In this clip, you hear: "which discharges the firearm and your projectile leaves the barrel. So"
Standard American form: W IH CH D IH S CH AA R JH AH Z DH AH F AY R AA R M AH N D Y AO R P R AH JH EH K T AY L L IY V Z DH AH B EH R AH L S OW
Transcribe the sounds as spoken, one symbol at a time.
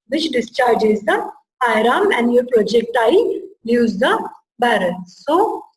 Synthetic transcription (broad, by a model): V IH CH D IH S CH AA R JH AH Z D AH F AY R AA M AH N D Y AO R P R AH JH EH K T AY L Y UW Z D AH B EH R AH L S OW